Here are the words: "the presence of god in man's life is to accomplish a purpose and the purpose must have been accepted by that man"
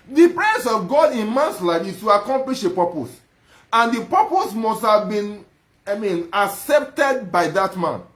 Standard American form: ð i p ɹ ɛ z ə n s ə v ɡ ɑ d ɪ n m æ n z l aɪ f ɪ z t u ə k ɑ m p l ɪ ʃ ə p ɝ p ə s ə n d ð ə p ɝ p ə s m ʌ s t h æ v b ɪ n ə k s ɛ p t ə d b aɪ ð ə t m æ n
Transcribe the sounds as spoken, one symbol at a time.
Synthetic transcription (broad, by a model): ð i p ɹ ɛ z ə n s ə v ɡ ɑ d ɪ n m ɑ n s l aɪ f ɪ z t u ə k ɑ m p l ɪ ʃ ə p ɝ p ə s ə n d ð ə p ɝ p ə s m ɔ s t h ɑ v b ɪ n ə k s ɛ p t ə d b aɪ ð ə t m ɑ n